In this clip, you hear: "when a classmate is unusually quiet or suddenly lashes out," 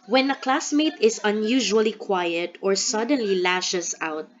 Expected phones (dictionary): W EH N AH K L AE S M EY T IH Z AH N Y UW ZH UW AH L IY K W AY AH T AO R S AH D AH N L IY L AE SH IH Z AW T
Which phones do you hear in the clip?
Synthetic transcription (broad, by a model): W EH N AH K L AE S M EY T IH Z AH N Y UW ZH UW AH L IY K W AY AH T AO R S AH D AH N L IY L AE SH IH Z AW T